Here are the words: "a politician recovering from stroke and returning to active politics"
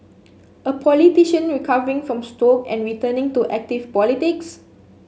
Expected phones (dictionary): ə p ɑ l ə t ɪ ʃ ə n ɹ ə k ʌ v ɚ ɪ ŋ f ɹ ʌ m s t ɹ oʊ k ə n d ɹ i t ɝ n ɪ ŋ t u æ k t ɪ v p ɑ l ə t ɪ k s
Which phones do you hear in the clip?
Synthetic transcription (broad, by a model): ə p ɑ l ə t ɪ ʃ ə n ɹ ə k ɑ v ɚ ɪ ŋ f ɹ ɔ m s t oʊ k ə n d ɹ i t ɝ n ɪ ŋ t u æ k t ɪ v p ɑ l ə t ɪ k s